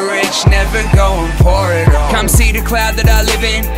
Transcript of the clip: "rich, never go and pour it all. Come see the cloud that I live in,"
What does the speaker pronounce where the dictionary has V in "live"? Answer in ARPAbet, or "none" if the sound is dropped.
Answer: V